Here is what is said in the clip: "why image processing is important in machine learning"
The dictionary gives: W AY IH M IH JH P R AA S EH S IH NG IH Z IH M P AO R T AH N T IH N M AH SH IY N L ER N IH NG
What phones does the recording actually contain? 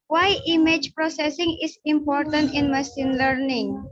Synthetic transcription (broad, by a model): W AY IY M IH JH P R AA S EH S IH NG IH S IH M P AO R T AH N T IH N M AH S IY N L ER N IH NG